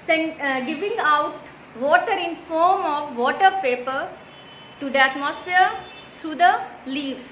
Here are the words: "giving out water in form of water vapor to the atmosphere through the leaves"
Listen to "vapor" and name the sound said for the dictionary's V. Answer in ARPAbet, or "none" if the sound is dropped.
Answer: P